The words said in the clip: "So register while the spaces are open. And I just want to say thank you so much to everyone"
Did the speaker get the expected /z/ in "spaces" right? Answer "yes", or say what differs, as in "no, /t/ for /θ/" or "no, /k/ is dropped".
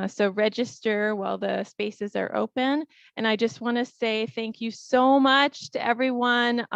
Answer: yes